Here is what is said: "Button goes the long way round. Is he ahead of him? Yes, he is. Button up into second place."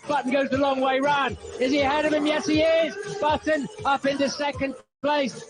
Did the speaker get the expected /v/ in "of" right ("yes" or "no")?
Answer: yes